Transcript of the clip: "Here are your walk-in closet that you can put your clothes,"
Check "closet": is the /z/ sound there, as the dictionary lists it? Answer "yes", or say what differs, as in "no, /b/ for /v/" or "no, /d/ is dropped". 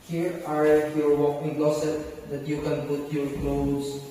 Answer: no, /s/ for /z/